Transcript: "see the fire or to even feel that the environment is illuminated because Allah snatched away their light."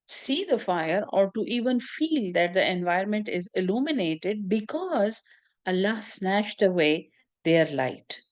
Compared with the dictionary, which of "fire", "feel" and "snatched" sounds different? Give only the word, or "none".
snatched